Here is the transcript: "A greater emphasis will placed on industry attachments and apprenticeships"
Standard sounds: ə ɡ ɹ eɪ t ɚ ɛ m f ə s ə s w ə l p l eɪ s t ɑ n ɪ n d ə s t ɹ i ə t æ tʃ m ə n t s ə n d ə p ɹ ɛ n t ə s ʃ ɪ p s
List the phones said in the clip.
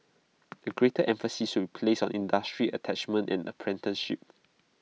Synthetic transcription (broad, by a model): ə ɡ ɹ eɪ t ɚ ɛ m f ə s ə s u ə p l eɪ s ɑ n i n d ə s t ɹ i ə t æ tʃ m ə n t ə n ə p ɹ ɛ n t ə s ʃ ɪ p